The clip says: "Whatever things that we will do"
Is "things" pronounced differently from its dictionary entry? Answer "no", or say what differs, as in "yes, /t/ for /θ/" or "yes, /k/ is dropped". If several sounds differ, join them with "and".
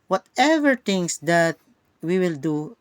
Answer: yes, /t/ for /θ/